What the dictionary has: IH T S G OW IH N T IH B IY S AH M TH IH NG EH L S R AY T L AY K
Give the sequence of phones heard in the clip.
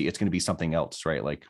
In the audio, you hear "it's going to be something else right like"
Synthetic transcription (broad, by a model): IH T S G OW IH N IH B IY S AH M TH IH NG EH L S R AY T L AY K